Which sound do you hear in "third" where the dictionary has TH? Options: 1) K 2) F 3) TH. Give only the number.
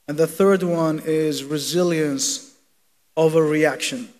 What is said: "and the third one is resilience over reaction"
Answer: 3